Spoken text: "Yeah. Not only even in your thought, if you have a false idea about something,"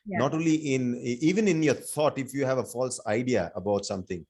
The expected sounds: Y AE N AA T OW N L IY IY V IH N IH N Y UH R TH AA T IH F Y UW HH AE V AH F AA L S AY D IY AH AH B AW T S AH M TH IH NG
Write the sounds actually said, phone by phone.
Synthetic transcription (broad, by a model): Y N AA T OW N L IY IY V IH N IH N Y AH R T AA T IH F Y UW HH AE V AH F AA L S AY D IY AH AH B AW T S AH M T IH NG